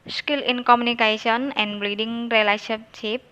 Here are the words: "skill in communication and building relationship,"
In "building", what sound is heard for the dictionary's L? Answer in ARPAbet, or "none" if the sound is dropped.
none